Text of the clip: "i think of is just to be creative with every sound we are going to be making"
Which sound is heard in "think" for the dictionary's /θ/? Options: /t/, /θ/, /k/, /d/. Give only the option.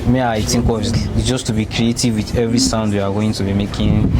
/t/